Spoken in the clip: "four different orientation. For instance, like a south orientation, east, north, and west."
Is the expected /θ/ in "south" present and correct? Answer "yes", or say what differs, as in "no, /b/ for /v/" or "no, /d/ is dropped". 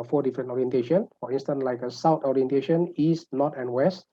no, /t/ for /θ/